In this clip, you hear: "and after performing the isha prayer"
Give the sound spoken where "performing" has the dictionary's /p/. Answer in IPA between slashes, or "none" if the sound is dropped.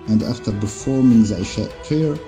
/b/